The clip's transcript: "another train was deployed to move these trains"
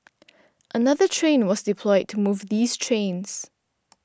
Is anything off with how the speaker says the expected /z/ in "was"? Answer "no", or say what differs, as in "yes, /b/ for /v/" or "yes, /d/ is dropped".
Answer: no